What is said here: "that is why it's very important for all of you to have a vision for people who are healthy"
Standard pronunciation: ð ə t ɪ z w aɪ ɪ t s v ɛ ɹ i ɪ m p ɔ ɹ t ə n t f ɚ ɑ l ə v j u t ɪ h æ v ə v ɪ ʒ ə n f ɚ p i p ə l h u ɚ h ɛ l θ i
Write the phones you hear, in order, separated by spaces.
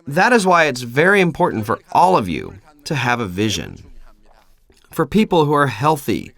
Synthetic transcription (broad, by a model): ð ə t ɪ z w aɪ ɪ t s v ɛ ɹ i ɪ m p ɔ ɹ t n t f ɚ ɑ l ə v j u t ɪ v ə v ɪ ʒ ə n f ɚ p i p l h u ɚ h ɛ l θ i